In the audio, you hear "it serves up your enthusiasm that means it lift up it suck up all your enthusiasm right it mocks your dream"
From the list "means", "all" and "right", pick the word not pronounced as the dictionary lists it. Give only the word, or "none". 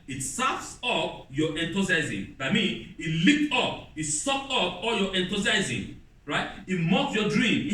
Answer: means